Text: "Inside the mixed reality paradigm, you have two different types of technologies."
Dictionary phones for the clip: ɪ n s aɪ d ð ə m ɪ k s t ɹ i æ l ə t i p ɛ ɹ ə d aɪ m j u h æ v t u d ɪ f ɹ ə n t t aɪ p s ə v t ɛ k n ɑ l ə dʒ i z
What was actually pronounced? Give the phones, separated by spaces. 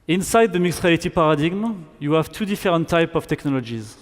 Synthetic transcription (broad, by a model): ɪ n s aɪ d ð ə m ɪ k s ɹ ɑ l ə t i p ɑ ɹ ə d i m j u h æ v t u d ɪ f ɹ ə n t t aɪ p ə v t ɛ k n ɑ l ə dʒ i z